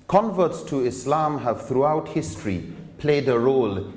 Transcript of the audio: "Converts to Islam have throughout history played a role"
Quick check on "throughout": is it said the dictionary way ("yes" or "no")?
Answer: yes